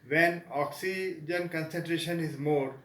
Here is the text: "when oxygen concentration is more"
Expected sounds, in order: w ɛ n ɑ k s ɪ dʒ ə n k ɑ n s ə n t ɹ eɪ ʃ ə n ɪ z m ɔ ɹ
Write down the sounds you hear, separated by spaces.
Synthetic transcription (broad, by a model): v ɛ n ɑ k s ɪ dʒ ə n k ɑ n s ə n t ɹ eɪ ʃ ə n ɪ z m ɔ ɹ